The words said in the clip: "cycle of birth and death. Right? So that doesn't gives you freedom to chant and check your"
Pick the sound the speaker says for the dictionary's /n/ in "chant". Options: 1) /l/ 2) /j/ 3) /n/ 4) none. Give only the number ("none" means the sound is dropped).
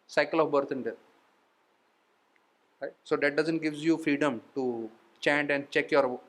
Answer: 3